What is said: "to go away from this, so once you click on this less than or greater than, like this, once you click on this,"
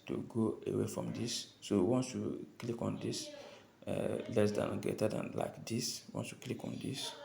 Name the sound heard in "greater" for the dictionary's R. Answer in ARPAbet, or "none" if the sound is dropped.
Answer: none